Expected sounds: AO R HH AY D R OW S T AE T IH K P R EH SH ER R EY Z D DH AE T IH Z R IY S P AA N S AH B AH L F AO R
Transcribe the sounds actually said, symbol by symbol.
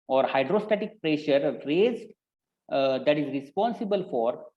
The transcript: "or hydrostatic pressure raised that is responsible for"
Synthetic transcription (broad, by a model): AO R HH AY D R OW S T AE T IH K P R EH SH ER R EY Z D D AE T IH Z R IY S P AA N S AH B AH L F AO R